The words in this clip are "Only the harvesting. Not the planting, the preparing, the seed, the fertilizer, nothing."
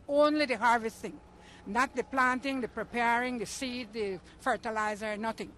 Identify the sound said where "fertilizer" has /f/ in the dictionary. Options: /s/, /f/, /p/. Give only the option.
/f/